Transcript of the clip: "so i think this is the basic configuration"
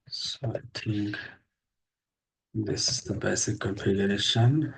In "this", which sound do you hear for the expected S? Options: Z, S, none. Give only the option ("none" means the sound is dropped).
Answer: S